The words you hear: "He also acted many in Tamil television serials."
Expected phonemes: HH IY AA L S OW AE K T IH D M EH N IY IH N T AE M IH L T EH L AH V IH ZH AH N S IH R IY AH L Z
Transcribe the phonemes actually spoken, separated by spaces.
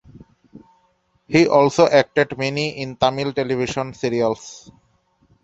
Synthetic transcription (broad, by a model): HH IY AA L S OW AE K T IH D M EH N IY IH N T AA M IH L T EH L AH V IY SH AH N S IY R IY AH L S